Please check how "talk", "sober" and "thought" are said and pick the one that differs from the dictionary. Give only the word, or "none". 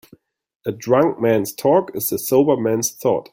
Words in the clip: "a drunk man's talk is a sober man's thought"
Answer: none